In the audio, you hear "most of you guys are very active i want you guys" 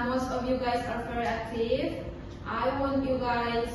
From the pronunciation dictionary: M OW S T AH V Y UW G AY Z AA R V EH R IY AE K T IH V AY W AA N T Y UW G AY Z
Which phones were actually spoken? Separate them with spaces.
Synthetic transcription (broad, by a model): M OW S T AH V Y UW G AY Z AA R F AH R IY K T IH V AY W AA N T Y UW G AY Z